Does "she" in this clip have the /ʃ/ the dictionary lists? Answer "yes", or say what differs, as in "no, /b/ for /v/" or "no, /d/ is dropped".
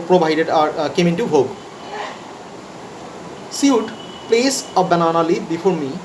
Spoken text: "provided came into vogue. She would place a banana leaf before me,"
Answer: no, /s/ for /ʃ/